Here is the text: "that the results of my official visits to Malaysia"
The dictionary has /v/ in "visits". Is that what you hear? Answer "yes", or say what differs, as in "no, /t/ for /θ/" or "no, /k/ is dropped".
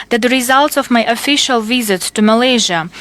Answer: yes